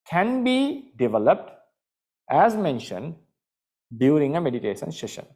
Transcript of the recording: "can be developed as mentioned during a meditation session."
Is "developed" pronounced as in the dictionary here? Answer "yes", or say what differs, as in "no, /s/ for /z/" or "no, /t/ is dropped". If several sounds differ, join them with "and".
yes